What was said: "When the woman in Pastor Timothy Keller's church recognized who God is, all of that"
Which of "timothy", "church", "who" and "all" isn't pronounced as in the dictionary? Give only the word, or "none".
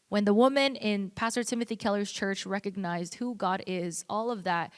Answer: none